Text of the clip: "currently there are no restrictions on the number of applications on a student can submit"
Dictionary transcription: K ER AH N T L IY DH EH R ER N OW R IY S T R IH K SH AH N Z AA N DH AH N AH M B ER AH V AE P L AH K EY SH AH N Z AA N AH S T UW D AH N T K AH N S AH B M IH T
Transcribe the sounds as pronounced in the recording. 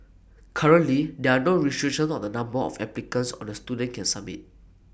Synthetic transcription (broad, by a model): K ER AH N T L IY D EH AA N OW R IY S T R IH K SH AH N AA N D AH N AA M B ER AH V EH P L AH K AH N S AA N AH S T UW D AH N K AH N S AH M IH T